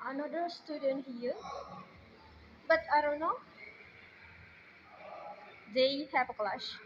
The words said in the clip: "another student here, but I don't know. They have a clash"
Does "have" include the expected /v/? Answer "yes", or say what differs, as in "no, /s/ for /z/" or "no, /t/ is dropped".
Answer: no, /p/ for /v/